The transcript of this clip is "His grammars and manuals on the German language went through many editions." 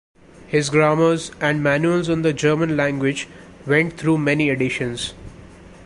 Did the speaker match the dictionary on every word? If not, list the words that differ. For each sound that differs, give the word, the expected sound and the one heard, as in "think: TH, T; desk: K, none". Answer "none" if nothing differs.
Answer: through: TH, T